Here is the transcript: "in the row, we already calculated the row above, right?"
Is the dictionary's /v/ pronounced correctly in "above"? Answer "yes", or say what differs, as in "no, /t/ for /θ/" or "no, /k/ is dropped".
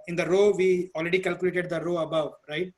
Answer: yes